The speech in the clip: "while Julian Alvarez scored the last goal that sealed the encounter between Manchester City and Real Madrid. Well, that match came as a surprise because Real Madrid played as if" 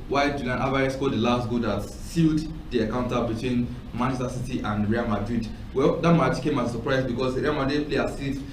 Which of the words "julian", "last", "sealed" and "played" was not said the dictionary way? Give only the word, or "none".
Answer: played